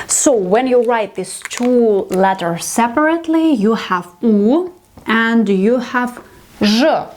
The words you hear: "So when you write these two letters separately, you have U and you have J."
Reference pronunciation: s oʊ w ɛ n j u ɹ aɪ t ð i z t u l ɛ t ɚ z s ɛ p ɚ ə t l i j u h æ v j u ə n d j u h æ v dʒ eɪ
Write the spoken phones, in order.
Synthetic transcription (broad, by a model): s oʊ w ɛ n j u ɹ aɪ t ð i s t u l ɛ t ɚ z s ɛ p ɚ ə t l i j u h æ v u ə n d j u h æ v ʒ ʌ